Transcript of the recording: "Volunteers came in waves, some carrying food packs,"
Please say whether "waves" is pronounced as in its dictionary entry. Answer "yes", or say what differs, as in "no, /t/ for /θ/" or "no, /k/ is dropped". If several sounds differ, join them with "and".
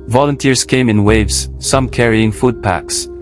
yes